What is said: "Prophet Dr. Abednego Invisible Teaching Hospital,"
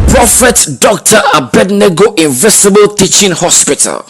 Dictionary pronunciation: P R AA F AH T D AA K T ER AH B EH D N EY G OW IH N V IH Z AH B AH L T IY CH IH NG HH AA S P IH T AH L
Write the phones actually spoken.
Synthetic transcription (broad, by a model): P R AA F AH T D AA K T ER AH B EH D N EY G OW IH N V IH S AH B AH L T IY CH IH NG HH AA S P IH T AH L